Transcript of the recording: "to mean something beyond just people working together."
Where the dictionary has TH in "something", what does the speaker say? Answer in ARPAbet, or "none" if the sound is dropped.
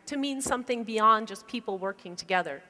TH